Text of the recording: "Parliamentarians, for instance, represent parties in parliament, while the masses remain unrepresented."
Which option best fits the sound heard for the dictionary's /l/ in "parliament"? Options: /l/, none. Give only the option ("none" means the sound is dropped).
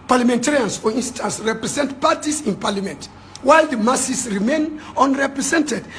/l/